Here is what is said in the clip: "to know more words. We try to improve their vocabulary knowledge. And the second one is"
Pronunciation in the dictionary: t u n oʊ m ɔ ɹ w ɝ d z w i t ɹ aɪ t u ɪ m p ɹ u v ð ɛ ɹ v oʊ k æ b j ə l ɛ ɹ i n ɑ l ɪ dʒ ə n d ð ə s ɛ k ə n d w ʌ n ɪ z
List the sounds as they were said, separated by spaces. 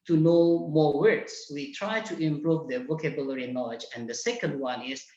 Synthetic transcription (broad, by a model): t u n oʊ m ɔ ɹ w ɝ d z w i t ɹ aɪ t u ɪ m p ɹ u v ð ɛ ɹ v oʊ k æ b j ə l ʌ ɹ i n ɑ l ɪ dʒ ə n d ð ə s ɛ k ə n d w ʌ n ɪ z